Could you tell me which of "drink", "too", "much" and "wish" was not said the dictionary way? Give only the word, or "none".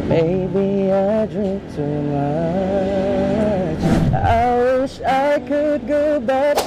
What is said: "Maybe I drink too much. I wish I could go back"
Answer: none